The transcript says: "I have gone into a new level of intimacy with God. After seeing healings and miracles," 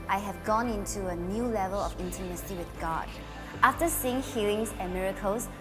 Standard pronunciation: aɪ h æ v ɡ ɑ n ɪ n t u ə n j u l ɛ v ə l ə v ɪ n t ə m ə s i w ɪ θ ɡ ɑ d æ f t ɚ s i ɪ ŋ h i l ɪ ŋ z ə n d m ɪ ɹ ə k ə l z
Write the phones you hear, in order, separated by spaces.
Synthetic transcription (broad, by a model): aɪ h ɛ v ɡ ɑ n ɪ n t u ə n j u l ɛ v ə l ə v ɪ n t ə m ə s i w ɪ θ ɡ ɑ d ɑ f t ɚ s i ɪ ŋ h i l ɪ ŋ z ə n m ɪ ɹ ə k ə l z